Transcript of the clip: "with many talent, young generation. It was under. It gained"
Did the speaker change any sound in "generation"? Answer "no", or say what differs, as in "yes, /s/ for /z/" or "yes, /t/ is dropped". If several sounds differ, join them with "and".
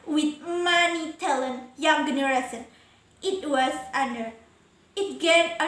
yes, /s/ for /ʃ/